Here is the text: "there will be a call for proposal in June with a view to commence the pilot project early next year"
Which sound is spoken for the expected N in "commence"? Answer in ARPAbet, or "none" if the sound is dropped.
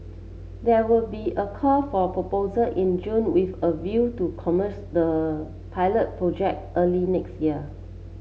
none